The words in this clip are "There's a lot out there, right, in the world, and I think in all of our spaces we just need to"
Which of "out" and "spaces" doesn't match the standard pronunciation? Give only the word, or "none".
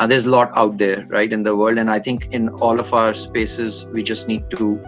none